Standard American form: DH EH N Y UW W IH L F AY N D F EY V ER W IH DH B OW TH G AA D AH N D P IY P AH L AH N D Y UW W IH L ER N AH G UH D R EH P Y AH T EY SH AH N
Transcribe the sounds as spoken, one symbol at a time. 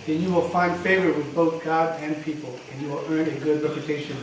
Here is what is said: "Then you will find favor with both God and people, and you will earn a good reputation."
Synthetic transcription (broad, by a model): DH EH N Y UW W IH L F AY N D F EY V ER W IH DH B OW TH G AA D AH N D P IY P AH L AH N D Y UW W IH L ER N AH G UH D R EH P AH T EY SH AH N